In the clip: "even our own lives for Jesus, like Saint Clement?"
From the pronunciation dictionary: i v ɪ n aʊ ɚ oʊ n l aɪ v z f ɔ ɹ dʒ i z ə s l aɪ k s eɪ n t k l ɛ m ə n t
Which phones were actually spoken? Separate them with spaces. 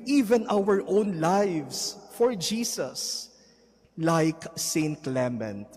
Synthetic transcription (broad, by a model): i v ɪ n aʊ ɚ oʊ n l aɪ v s f ɔ ɹ dʒ i s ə s l aɪ k s eɪ n t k l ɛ m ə n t